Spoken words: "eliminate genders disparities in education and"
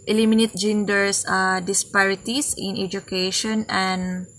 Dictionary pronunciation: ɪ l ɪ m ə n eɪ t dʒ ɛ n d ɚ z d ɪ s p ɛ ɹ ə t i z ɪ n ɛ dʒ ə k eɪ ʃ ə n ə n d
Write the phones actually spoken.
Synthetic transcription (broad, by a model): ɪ l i m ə n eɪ t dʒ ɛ n d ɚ s d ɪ s p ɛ ɹ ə t i s ɪ n ɛ dʒ ə k eɪ ʃ ə n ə n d